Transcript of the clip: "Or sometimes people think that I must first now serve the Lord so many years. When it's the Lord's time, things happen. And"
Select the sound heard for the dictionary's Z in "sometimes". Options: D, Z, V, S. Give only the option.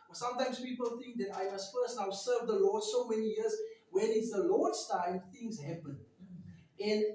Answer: S